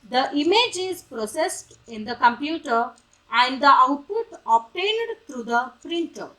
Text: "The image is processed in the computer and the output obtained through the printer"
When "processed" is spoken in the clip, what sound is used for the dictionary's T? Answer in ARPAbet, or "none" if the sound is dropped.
T